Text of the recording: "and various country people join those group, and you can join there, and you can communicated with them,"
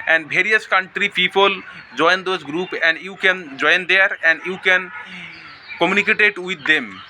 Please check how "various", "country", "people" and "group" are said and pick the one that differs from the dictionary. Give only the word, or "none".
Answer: various